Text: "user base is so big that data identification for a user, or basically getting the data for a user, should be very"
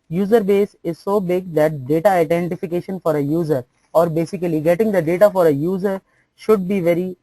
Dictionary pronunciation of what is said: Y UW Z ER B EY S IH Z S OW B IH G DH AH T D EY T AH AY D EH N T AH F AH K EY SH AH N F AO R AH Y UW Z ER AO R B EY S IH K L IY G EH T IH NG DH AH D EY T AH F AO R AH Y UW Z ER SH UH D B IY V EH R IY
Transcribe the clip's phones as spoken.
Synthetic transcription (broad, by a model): Y UW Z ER B EY S IH Z S OW B IH G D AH T D EY T AH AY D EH N T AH F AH K EY SH AH N F AO R AH Y UW Z ER AO R B EY S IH K L IY G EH T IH NG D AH D EY T AH F AO R AH Y UW Z ER SH UH D B IY V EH R IY